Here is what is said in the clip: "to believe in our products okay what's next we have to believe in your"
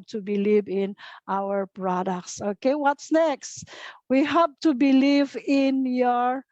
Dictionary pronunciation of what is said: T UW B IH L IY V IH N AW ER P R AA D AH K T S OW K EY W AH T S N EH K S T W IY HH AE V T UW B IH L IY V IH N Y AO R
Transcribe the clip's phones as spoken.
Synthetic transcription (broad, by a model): T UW B IH L IY V IH N AW ER P R AA D AH K T S OW K EY W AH T S N EH K S T W IY HH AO P T UW B IH L IY V IH N Y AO R